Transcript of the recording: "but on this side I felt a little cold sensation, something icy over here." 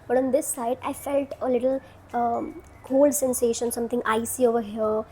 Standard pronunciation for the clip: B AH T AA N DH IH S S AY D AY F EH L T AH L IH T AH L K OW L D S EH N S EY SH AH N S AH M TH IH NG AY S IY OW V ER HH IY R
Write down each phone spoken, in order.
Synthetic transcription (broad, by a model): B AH T AA N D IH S S AY D AY F EH L T AH L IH T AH L K OW L D S EH N S EY SH AH N S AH M T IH NG AY S IY OW V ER HH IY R